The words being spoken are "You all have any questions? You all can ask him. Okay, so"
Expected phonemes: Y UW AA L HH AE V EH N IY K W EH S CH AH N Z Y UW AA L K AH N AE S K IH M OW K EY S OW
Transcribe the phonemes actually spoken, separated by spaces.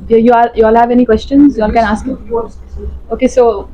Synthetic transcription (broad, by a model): Y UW AA L HH AE V EH N IY K W EH S CH AH N Z Y UW AA L K AH N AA S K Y OW K EY S OW